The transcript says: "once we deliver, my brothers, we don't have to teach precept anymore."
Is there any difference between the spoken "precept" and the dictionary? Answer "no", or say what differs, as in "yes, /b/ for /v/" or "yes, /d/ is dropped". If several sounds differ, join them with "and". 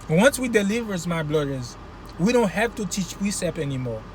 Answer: yes, /t/ is dropped